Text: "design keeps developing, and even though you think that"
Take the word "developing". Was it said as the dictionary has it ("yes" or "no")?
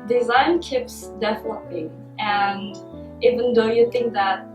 no